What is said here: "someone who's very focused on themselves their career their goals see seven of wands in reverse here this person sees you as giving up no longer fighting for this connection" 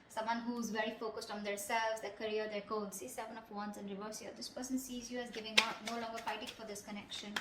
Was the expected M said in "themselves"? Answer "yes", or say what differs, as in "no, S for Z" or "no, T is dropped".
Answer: no, M is dropped